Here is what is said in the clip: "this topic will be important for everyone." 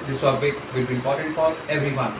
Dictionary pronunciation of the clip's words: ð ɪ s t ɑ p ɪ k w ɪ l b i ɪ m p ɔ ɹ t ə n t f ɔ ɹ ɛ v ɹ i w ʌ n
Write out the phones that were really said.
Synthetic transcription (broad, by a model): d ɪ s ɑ b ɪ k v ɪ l b i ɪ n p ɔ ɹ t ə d f ɔ ɹ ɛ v ɹ i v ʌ n